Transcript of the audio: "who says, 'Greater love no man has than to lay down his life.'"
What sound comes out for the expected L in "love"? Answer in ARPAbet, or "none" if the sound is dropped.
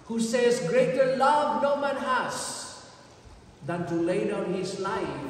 L